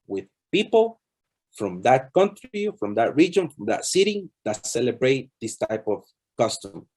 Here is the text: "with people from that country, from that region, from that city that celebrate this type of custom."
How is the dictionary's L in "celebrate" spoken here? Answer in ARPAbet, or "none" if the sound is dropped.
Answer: L